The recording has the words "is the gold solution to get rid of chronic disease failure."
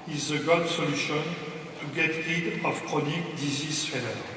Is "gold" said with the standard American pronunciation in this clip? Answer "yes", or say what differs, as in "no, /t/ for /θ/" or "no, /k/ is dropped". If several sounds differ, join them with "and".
no, /l/ is dropped